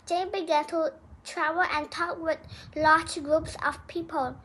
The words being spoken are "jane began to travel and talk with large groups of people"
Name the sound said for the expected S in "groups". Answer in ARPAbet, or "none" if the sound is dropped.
S